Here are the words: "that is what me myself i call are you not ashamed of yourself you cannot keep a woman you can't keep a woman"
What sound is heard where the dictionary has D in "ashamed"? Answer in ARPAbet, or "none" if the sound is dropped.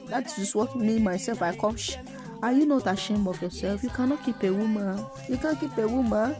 none